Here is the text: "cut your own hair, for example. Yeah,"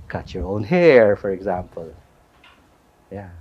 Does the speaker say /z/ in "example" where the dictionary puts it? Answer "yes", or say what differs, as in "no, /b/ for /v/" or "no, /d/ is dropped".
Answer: yes